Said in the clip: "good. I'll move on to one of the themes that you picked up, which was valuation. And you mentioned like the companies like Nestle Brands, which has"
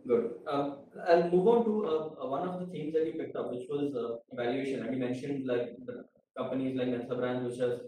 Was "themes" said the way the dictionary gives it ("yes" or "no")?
no